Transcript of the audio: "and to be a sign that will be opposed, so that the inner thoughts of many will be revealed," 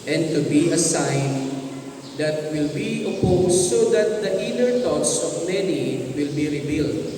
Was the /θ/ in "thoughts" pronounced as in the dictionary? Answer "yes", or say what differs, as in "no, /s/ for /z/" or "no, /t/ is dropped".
no, /t/ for /θ/